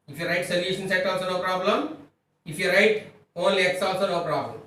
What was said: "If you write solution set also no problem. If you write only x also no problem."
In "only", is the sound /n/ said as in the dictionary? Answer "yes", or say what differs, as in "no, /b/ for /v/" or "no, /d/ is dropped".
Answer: no, /n/ is dropped